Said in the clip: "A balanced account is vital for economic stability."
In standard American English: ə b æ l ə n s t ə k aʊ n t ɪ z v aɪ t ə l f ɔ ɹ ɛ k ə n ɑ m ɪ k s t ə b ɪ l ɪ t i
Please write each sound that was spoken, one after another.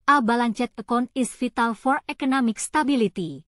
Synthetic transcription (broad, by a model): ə b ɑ l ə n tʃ t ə k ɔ n ɪ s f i t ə l f ɔ ɹ ɛ k ə n ɑ m ɪ k s t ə b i l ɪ t i